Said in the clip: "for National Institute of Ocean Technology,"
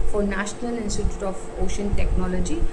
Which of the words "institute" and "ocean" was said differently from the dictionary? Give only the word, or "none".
none